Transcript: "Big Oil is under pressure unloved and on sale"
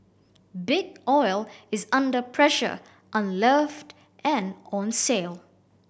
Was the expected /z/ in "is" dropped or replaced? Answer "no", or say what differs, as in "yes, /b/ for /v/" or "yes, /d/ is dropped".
no